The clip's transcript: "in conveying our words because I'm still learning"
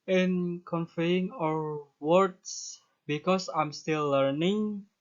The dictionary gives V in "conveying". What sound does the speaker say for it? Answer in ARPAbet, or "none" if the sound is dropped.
F